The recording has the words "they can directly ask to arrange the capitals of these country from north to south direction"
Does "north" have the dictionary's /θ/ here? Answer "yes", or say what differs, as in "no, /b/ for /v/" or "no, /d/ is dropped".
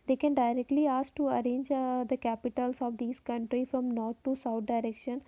no, /t/ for /θ/